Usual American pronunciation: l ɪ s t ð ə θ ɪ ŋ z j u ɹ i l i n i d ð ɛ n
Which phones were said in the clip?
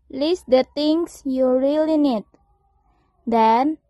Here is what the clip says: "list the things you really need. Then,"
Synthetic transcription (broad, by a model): l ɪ s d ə t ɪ ŋ s j u ɹ i l i n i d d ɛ n